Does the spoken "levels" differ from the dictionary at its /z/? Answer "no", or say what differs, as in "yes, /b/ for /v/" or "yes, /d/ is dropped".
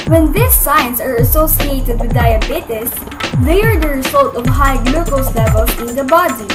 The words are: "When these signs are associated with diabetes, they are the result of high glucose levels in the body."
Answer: yes, /z/ is dropped